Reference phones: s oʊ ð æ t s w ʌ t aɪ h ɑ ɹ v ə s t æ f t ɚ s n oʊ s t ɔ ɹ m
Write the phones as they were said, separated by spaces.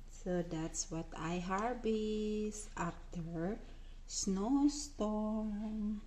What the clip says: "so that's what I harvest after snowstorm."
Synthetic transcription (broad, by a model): s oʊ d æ t s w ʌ t aɪ h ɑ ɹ b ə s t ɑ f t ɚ s n oʊ s t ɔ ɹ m